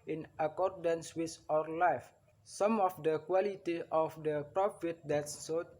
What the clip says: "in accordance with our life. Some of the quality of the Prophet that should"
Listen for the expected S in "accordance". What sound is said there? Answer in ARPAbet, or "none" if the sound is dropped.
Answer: S